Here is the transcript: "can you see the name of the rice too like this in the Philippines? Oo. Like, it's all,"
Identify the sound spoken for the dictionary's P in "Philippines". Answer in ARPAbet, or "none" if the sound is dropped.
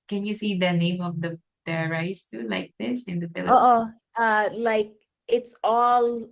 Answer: none